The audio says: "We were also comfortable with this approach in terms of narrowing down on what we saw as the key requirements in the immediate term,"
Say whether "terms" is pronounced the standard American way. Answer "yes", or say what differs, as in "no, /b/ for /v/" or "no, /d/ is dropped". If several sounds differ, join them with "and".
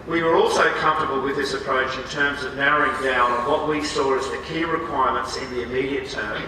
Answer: yes